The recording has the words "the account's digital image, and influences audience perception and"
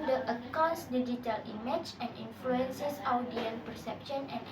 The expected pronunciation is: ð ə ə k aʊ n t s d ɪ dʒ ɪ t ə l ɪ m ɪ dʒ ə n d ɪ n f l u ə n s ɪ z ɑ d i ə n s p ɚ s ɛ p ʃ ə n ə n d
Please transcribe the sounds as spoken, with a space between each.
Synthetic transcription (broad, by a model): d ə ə k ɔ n s d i dʒ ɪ t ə l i m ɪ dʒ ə n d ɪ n f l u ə n s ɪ s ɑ d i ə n p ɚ s ɛ p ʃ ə n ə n